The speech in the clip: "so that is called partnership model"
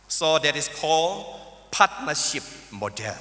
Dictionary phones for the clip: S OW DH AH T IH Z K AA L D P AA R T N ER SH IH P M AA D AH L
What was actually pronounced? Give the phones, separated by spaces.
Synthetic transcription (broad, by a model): S OW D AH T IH S K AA L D P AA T N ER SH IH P M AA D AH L